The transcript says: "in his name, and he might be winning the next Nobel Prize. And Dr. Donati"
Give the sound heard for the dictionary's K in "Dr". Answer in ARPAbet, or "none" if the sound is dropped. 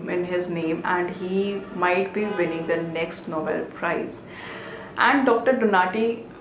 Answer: K